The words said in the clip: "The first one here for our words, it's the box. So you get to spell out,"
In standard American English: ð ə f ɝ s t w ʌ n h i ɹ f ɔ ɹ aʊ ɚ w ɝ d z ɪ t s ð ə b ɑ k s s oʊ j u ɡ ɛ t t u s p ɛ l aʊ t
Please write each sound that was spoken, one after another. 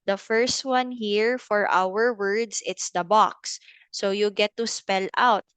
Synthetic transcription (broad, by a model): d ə f ɝ s t w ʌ n h i ɹ f ɔ ɹ aʊ ɚ w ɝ d s ɪ t s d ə b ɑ k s s oʊ j u ɡ ɛ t t u s p ɛ l aʊ t